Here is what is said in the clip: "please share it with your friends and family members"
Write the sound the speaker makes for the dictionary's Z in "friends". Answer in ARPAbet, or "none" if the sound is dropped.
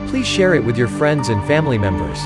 Z